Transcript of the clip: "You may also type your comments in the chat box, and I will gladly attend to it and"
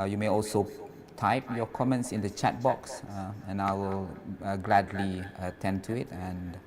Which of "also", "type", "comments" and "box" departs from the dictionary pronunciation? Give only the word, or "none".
none